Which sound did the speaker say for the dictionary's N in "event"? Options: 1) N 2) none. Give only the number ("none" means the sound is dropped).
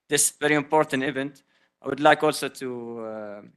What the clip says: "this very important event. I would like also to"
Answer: 1